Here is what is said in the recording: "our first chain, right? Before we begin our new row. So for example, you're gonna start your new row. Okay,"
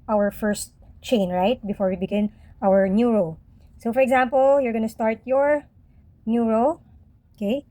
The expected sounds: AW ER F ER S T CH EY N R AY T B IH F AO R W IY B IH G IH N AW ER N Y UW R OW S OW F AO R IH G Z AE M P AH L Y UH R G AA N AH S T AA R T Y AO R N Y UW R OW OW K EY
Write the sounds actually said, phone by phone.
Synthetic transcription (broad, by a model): AW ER F ER S T CH EY N R AY T B IH F AO R W IY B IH G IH N AW ER N Y UW R OW S OW F AO R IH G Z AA M P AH L Y UH R G AA N AH S T AA R T Y AO R N Y UW R OW OW K EY